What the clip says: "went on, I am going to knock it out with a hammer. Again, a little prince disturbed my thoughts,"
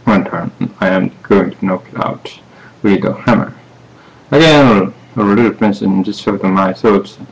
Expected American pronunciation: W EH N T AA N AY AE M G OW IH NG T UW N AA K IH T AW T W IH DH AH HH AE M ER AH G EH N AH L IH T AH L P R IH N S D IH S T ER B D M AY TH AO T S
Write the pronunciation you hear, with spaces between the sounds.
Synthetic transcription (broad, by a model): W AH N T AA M AY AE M G OW IH NG T UW N AA K IH T AW T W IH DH AH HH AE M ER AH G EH L AH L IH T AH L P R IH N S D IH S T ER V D M AY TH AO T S